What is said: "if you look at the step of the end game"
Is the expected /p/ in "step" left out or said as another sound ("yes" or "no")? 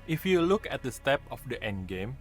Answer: no